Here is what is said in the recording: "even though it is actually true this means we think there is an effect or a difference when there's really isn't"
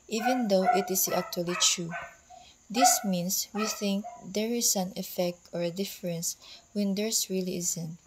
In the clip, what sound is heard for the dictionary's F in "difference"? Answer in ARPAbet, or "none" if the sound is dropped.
F